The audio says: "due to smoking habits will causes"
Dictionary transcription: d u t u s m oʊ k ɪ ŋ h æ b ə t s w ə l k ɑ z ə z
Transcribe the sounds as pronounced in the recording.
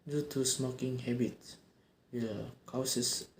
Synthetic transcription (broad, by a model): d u t u s m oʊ k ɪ ŋ h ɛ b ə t w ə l k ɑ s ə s